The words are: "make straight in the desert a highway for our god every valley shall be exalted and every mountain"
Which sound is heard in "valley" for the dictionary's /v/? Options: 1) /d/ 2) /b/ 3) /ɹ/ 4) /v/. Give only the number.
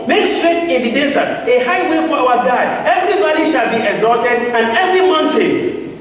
2